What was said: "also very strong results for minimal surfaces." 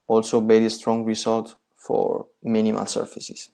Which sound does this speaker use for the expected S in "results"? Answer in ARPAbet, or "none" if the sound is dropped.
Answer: none